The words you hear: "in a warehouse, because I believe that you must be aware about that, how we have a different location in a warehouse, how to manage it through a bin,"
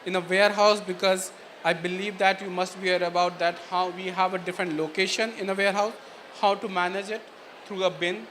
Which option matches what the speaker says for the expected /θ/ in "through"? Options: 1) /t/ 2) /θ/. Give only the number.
1